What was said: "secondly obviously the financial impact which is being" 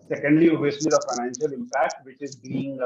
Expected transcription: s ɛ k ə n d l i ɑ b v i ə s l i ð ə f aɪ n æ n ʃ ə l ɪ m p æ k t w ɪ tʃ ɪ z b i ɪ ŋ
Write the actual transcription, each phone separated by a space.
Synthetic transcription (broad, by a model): s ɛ k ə n d l i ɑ v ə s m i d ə f aɪ n æ n ʃ ə l ɪ m p æ k t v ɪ tʃ ɪ z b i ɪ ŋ